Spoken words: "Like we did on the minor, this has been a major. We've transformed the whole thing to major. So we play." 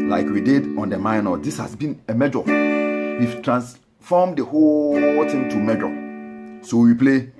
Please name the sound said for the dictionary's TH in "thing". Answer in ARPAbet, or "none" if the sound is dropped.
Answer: T